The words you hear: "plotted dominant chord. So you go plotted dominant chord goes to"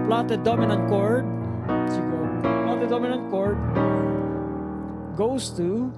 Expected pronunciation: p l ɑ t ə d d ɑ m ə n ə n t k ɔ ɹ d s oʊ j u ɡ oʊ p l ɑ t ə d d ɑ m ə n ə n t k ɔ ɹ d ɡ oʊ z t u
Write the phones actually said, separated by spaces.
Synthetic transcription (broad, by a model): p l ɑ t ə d d ɑ m ə n ə n t k ɔ ɹ d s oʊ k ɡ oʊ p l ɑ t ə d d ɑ m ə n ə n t k ɔ ɹ d ɡ oʊ s t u